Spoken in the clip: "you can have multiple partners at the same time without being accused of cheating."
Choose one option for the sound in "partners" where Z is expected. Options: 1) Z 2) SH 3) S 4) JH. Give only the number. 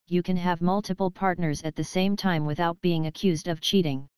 1